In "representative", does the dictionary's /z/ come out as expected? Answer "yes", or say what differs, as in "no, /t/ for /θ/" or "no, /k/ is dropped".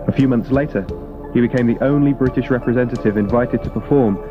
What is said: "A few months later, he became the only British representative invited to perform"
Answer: yes